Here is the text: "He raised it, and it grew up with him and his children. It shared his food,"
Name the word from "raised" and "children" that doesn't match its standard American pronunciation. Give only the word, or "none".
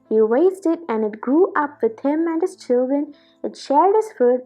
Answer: raised